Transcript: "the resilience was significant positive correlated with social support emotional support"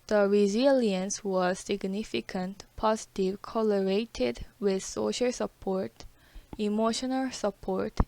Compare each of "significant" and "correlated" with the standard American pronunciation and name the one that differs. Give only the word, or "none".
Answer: correlated